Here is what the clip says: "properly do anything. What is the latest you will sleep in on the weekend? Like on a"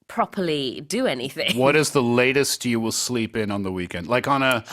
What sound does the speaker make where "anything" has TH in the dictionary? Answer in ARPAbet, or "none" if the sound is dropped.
TH